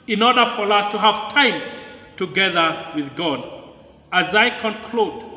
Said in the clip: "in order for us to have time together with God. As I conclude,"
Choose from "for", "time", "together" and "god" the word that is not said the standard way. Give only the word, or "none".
none